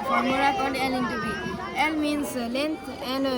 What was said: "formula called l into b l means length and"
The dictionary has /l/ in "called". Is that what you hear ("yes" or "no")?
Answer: no